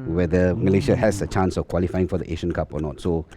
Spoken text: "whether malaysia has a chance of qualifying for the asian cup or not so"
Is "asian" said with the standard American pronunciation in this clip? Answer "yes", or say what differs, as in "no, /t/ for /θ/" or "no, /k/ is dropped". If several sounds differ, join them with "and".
no, /ʃ/ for /ʒ/